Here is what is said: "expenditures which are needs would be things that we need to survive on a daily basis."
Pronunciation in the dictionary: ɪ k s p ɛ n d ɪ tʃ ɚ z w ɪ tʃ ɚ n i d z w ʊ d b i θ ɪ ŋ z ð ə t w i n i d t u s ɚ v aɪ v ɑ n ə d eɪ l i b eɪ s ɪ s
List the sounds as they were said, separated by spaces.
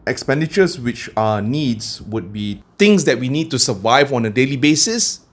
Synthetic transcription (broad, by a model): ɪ k s p ɛ n d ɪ tʃ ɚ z w ɪ tʃ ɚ n i d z w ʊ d b i t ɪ ŋ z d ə t w i n i d t u s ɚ v aɪ v ɑ n ə d eɪ l i b eɪ s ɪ s